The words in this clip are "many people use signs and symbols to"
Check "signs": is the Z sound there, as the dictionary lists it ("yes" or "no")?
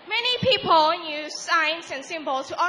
no